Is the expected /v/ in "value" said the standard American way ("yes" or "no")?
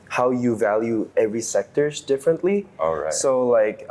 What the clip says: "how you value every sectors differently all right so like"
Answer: yes